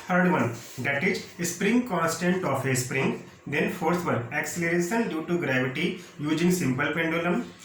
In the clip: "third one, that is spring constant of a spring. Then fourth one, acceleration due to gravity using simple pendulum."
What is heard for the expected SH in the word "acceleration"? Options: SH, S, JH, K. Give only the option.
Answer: S